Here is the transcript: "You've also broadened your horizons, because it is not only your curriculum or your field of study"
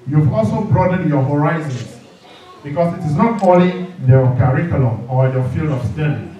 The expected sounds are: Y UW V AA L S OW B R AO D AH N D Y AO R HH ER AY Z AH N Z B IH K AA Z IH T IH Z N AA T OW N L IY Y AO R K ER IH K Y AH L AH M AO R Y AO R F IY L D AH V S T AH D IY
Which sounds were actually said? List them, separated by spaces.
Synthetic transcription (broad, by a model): Y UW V AA L S OW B R AO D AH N Y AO HH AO AY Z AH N S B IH K AA S IH T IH S N AA T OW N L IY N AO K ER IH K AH L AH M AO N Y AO F IY L D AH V S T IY